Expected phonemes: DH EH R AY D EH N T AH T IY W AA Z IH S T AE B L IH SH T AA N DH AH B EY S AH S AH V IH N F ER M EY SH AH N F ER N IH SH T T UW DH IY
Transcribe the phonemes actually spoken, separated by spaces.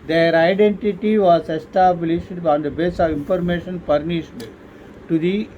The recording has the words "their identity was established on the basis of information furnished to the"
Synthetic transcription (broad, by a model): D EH R AY D EH N T AH T IY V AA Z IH S T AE B L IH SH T AA N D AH B EY S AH V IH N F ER M EY SH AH N P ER N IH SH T T UW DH IY